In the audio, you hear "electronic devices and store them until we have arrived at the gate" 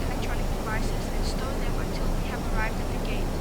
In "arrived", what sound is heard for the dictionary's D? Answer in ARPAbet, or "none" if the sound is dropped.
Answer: D